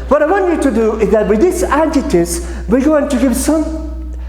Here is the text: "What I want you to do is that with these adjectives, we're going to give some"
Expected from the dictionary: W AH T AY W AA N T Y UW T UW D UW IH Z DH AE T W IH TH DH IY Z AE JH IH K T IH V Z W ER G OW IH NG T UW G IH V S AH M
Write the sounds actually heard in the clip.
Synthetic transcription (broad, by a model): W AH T AY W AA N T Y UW T UW D UW IH Z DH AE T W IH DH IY S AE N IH T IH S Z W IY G OW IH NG T UW G IH V S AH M